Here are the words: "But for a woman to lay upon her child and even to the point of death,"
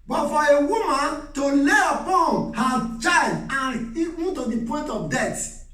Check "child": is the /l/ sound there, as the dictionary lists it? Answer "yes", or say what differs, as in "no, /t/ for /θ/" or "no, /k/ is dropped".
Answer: no, /l/ is dropped